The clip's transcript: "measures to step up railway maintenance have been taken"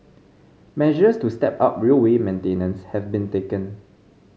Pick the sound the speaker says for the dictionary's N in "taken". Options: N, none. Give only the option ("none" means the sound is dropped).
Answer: N